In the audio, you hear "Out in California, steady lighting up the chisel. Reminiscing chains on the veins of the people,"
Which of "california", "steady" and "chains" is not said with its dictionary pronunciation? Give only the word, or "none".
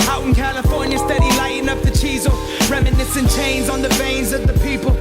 none